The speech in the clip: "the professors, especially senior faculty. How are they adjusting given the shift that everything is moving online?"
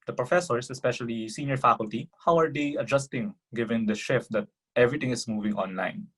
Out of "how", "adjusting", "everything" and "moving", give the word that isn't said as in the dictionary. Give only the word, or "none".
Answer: everything